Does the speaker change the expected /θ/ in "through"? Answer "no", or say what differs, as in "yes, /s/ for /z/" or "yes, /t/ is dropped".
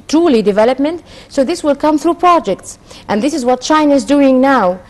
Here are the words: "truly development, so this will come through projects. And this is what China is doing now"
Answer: no